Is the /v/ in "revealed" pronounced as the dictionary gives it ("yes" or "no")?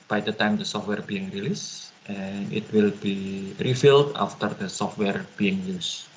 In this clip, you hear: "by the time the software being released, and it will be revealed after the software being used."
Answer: no